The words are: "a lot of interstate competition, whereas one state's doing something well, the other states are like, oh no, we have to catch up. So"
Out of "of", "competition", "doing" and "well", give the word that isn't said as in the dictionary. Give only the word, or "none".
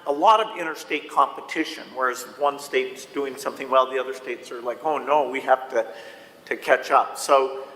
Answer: none